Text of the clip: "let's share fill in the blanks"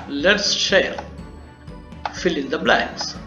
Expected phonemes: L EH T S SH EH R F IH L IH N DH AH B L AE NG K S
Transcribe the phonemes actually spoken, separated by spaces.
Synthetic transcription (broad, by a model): L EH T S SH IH L F IH L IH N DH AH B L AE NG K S